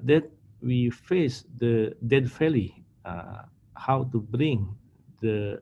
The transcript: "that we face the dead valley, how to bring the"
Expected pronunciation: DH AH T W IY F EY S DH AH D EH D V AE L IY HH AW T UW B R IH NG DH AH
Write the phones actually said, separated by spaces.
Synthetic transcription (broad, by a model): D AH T W IY F EY S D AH D EH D F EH L IY HH AW T UW B R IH NG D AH